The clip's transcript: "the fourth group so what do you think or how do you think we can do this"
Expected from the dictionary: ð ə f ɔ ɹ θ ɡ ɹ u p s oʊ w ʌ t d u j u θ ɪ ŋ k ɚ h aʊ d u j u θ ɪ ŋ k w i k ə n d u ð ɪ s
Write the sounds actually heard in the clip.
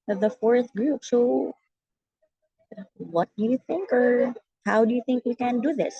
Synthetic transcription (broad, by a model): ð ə f ɔ ɹ θ ɡ ɹ u p s oʊ w ʌ t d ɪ j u θ ɪ ŋ k ɚ h aʊ d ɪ j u θ ɪ ŋ k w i k ə n d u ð ɪ s